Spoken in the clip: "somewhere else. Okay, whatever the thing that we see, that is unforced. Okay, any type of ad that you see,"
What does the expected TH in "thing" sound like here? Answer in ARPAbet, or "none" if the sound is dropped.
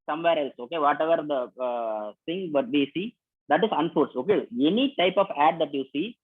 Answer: S